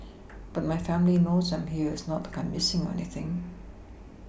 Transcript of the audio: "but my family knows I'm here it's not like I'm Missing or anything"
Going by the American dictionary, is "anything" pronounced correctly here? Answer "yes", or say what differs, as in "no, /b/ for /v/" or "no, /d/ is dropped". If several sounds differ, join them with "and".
yes